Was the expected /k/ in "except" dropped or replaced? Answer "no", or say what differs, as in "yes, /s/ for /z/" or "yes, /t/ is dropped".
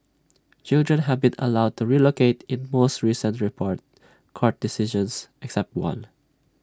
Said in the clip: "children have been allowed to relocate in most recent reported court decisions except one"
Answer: no